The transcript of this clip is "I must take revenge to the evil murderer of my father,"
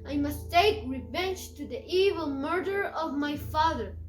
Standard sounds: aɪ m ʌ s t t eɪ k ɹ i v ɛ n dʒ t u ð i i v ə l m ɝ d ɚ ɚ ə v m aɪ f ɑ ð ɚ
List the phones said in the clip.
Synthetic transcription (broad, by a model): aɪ m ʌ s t t eɪ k ɹ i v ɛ n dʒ t u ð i i v ə l m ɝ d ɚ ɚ ə v m aɪ f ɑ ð ɚ